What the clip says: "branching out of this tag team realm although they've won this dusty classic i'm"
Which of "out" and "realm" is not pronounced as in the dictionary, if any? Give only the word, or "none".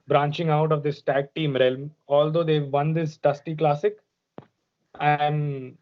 none